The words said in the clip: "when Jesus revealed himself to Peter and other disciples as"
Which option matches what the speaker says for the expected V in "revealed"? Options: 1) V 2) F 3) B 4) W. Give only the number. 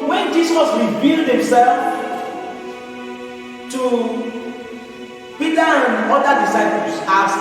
3